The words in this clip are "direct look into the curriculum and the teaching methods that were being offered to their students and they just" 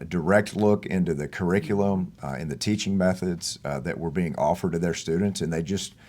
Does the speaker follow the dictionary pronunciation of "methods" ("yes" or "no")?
yes